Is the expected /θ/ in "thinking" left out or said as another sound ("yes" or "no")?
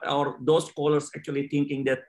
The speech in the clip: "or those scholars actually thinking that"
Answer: yes